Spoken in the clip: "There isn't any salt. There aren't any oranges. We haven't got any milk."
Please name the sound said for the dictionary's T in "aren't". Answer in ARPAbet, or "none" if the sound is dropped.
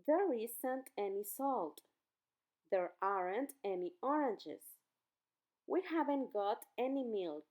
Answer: T